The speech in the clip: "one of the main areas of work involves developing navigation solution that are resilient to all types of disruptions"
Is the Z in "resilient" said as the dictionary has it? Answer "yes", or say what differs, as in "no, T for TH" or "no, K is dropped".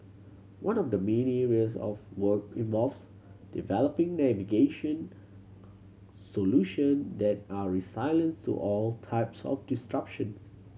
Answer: no, S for Z